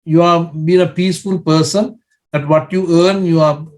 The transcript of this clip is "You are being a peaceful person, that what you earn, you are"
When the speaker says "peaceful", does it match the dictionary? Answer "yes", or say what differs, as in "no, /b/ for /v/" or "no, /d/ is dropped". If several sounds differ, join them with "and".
yes